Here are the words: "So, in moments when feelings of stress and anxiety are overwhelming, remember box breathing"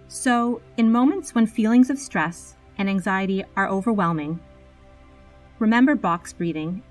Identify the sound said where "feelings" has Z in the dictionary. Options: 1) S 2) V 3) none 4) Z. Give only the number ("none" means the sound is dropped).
4